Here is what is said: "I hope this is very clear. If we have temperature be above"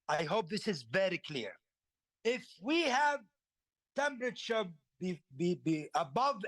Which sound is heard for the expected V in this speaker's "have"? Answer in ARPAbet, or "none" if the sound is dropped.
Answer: V